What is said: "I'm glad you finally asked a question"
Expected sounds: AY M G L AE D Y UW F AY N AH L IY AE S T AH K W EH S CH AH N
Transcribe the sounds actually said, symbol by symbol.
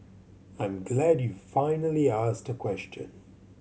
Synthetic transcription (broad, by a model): AY M G L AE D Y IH F AY N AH L IY AE S T AH K W EH S CH AH N